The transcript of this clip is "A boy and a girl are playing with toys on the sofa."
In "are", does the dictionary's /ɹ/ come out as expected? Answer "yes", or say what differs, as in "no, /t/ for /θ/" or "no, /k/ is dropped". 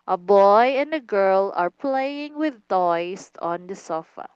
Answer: yes